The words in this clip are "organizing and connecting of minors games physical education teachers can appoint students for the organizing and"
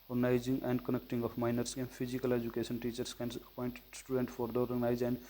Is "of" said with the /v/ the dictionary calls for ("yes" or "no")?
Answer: no